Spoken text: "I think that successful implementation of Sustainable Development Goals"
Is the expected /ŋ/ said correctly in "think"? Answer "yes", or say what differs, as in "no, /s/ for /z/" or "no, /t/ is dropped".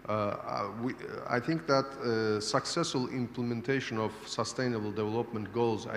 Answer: yes